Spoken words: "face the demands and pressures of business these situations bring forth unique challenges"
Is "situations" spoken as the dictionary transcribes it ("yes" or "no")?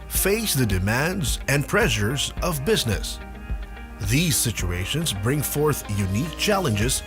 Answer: yes